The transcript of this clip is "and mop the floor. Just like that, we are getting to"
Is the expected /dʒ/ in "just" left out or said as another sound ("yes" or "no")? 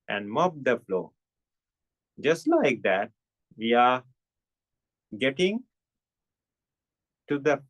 no